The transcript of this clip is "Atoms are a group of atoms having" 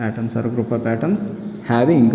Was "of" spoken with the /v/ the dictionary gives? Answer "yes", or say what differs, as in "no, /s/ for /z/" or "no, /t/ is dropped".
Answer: no, /p/ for /v/